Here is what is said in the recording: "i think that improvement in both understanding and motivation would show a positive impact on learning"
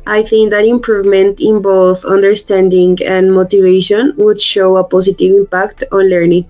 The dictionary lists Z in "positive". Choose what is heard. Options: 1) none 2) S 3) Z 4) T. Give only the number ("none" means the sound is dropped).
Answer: 2